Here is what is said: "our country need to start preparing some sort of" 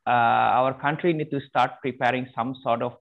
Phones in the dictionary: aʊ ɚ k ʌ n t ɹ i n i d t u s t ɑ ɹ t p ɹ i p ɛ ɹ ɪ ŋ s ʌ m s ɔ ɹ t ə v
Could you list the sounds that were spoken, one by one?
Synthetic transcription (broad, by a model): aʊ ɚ k ʌ n t ɹ i n i d t u s t ɑ ɹ t p ɹ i p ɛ ɹ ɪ ŋ s ʌ m s ɔ ɹ t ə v